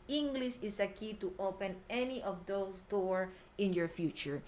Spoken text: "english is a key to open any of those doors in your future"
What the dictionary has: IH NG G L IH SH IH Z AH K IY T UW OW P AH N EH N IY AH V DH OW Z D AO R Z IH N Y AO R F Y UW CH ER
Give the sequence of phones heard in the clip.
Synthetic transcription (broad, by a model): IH NG G L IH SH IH S AH K IY T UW OW P AH N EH N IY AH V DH OW S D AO R IH N Y AO R F Y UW CH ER